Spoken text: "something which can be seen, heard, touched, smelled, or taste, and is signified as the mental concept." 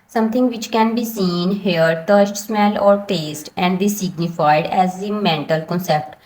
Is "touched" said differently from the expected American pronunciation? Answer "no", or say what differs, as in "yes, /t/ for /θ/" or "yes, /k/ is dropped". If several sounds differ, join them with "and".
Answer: yes, /s/ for /tʃ/